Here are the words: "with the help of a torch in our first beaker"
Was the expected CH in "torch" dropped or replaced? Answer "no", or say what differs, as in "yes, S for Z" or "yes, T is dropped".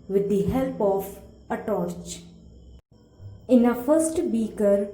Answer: no